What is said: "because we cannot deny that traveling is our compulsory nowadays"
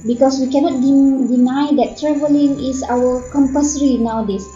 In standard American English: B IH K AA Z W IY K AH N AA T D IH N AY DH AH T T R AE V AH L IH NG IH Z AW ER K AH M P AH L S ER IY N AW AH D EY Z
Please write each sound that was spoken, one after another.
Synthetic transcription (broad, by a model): B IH K AA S W IY K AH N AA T D IH N AY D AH T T R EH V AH L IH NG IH S AW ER K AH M P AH S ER IY N AW D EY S